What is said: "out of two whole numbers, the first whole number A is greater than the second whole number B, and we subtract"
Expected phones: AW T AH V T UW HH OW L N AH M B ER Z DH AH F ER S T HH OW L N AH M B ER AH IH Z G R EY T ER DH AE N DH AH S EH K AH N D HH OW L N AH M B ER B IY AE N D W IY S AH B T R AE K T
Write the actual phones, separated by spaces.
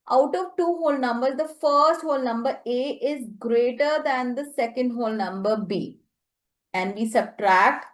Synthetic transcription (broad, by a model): AW T AH V T UW HH OW L N AH M B ER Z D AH F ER S T HH OW L N AH M B ER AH IH Z G R EY T ER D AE N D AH S EH K AH N D HH OW L N AH M B ER B IY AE N D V IY S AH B T R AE K T